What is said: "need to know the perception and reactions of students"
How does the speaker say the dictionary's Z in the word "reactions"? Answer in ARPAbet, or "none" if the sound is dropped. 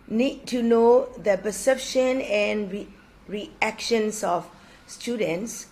S